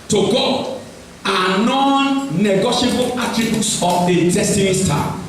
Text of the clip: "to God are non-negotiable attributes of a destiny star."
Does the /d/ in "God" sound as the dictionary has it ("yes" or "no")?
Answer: no